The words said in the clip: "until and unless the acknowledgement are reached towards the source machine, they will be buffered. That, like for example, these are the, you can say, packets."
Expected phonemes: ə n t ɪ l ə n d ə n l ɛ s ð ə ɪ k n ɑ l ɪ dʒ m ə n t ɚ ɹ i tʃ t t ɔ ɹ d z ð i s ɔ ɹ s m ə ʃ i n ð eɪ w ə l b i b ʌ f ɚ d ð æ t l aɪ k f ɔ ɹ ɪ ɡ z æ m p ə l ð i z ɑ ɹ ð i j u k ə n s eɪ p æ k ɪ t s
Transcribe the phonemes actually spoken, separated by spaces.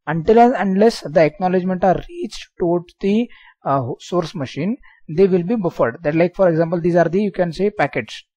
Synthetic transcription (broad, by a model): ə n t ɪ l ə n d l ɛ s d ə ɪ k n ɑ l ɪ dʒ m ə n t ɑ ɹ i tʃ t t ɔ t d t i s ɔ ɹ s m ə ʃ i n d eɪ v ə l b i b ʌ f ɚ d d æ t l aɪ k f ɔ ɹ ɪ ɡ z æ m p ə l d i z ɑ ɹ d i j u k ə n s eɪ p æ k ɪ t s